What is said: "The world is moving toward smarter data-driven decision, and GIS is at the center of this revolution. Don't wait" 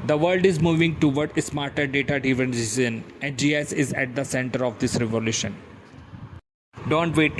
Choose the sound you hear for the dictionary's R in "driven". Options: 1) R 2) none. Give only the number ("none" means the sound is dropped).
2